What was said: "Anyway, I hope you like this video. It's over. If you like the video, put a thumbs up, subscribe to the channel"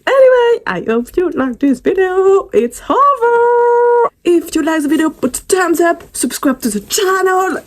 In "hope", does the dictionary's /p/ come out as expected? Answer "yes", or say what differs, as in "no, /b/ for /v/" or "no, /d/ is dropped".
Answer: no, /f/ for /p/